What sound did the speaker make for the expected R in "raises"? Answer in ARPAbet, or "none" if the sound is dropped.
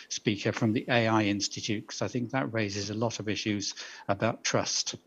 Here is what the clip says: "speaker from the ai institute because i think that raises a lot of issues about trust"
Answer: R